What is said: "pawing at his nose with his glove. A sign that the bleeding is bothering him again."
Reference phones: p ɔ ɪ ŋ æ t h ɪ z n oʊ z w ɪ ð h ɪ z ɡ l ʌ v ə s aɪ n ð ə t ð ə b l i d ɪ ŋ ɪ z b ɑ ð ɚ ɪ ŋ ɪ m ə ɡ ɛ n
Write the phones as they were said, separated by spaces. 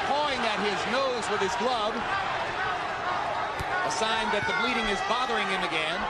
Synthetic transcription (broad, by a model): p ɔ ɪ ŋ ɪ t h ɪ z n oʊ z w ɪ ð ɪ z ɡ l ʌ b ə s aɪ n ð ə t ð ə b l i d ɪ ŋ ɪ z b ɑ ð ɚ ɪ ŋ ɪ m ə ɡ ɛ n